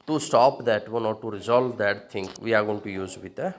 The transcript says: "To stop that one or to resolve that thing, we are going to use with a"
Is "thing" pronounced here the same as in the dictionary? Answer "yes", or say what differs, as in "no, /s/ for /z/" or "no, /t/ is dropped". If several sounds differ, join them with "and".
no, /t/ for /θ/